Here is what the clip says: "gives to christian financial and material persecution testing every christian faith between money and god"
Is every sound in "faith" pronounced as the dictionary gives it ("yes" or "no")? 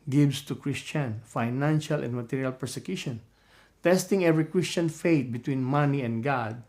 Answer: no